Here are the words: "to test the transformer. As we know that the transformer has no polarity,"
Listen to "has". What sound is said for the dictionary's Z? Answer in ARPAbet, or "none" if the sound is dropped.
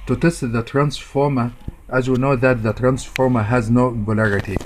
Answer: Z